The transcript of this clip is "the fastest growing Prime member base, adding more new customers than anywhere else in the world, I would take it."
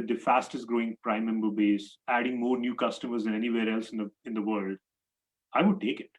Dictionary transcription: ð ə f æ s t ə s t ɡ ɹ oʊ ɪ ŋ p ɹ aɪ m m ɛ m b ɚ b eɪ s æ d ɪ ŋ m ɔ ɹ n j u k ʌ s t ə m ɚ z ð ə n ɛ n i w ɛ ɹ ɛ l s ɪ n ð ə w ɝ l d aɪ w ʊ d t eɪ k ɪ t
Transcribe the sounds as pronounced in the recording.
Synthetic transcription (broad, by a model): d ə f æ s t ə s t ɡ ɹ oʊ ɪ ŋ p ɹ aɪ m m ɛ m b ɚ b eɪ s æ d ɪ ŋ m ɔ ɹ n j u k ʌ s t ə m ɚ z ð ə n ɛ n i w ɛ ɹ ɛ l s ɪ n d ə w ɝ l d aɪ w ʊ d t eɪ k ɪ t